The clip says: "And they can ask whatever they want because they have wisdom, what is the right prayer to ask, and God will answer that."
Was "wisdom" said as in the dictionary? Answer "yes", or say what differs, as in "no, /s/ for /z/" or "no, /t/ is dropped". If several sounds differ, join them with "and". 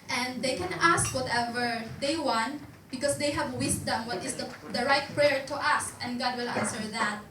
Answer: no, /s/ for /z/